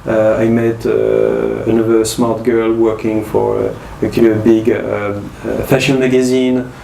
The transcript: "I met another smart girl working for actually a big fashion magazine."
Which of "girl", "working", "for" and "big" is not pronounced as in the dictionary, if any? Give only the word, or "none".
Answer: none